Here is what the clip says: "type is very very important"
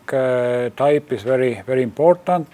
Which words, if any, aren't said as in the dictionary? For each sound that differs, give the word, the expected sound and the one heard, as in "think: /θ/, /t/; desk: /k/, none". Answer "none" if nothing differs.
is: /z/, /s/